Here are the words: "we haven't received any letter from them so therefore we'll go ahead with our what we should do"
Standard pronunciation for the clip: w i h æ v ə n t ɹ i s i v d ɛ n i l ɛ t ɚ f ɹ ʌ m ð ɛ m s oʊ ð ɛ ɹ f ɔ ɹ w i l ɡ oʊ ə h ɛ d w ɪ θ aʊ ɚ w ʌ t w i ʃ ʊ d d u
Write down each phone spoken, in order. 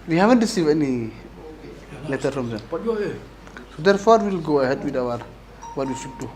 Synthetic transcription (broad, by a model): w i h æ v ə n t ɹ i s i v ɛ n i l ɛ t ɚ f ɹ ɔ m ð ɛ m s oʊ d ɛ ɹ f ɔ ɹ w i l ɡ oʊ ə h ɛ d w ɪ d aʊ ɚ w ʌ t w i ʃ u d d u